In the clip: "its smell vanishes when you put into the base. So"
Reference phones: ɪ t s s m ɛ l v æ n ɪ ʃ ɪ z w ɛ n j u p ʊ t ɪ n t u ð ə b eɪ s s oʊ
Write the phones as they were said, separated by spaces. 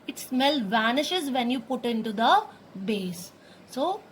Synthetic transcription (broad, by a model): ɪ t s s m ɛ l v æ n ɪ ʃ ɪ z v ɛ n j u p ʊ t ɪ n t u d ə b eɪ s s oʊ